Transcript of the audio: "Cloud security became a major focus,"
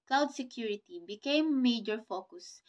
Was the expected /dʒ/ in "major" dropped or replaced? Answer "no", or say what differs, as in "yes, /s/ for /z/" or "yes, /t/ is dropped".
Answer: no